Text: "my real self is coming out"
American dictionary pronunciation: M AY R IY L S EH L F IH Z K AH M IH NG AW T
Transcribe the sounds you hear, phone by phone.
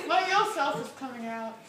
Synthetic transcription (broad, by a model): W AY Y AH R S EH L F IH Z K AH M IH NG AW T